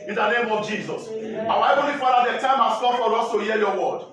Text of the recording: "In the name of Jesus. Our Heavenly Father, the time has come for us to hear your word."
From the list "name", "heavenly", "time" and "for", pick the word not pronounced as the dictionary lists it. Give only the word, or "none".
heavenly